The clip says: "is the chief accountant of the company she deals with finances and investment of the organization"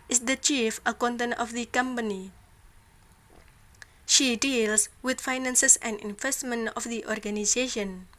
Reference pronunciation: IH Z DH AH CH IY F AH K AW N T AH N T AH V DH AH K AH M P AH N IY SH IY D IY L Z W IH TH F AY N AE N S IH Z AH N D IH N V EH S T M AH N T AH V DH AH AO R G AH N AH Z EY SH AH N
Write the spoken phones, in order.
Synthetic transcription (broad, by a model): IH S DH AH CH IY F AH K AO N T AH N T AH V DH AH K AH M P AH N IY SH IY D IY L S W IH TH F AY N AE N S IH S AH N D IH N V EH S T M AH N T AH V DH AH AO R G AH N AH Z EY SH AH N